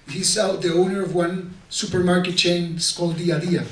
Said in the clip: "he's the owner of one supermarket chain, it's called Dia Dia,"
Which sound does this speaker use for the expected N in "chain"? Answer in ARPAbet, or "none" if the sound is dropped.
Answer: none